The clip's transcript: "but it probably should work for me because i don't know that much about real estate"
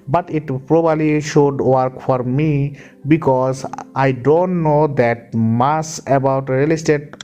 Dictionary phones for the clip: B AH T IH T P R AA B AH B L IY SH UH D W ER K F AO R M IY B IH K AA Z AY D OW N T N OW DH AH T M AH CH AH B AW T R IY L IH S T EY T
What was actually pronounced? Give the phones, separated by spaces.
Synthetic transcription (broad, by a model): B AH T IH T P R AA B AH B L IY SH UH D W ER K F AO R M IY B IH K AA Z AY D OW N T N OW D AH T M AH S AH B AW T R IY L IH S T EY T